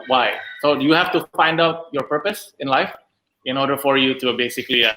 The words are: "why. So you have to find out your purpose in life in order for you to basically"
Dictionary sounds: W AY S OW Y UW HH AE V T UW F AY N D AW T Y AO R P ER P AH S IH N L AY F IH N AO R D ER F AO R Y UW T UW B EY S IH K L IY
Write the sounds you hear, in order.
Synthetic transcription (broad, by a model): W AY S OW Y UW HH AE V T UW F AY N D AW T Y AO R P ER P AH S IH N L AY F IH N AO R D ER F AO R Y UW T UW B EY S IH K L IY